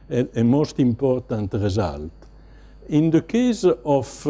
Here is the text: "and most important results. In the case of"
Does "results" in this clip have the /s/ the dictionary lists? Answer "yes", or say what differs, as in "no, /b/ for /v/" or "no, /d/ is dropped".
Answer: no, /s/ is dropped